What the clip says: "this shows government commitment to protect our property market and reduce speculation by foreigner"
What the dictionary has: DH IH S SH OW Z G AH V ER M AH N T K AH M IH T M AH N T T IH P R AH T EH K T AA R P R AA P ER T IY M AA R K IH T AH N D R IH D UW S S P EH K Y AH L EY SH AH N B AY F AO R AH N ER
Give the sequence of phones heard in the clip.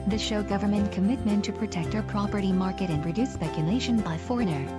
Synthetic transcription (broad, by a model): DH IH SH OW G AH V ER M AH N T K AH M IH T M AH N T T IH P R AH T EH K T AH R P R AA P ER T IY M AA R K IH T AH N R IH D UW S S P EH K Y AH L EY SH AH N B AY F AO R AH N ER